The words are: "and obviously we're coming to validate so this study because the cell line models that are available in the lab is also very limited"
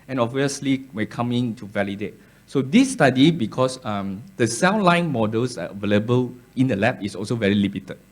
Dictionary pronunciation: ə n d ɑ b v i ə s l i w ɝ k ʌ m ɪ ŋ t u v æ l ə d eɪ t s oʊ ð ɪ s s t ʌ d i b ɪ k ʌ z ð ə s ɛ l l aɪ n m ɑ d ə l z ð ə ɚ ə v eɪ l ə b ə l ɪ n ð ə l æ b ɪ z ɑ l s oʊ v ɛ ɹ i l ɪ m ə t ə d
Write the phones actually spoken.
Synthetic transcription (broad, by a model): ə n ɑ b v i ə s l i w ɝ k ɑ m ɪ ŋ t u v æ l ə d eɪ t s oʊ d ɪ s s t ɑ d i b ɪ k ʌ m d ə s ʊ n l aɪ n m ɑ d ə l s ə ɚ ə v eɪ l ə b ə l ɪ n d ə l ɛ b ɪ s ɑ l s oʊ v ɛ ɹ i l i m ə t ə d